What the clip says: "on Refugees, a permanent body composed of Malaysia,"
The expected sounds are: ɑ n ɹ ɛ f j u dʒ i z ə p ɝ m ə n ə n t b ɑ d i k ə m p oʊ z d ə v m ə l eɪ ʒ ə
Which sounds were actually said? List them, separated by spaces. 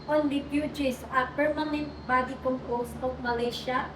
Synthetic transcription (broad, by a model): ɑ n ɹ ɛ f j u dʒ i s ə p ɝ m ə n ə n t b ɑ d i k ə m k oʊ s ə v m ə l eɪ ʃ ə